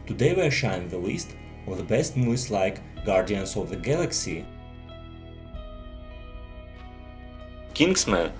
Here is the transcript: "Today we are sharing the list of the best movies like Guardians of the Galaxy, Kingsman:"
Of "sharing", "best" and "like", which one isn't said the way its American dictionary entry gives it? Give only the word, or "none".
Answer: sharing